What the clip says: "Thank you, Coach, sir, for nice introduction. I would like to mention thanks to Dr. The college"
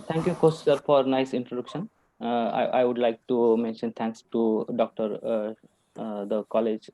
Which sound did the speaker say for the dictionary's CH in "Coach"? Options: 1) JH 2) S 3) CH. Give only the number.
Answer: 2